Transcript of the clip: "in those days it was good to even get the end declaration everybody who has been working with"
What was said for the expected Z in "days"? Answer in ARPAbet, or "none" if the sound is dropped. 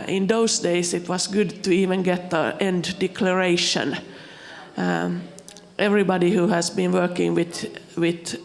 S